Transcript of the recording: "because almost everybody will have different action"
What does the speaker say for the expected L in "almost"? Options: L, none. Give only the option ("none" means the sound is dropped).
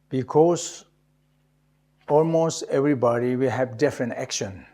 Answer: L